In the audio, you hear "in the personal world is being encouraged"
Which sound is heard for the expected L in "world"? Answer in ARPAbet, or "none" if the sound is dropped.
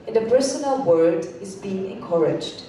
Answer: none